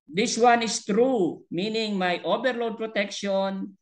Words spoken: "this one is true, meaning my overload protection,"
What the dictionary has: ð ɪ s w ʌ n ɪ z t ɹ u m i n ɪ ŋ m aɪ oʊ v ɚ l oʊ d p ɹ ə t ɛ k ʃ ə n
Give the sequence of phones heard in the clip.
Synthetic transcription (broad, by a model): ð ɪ s w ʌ n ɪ s t ɹ u m i n ɪ ŋ m aɪ oʊ b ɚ l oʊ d p ɹ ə t ɛ k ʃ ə n